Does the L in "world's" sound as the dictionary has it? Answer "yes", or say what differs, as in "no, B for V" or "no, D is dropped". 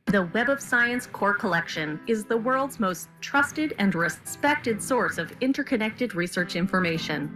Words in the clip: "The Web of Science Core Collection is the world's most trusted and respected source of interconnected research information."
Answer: yes